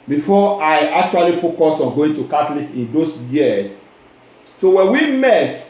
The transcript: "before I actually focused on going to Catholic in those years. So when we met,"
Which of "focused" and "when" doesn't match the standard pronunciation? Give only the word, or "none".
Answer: focused